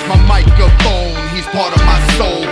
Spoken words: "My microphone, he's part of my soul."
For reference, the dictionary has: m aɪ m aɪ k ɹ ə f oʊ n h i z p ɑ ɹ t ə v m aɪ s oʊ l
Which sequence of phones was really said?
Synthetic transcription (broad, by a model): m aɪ m aɪ k ə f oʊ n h i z p ɑ ɹ t ə v m aɪ s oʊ l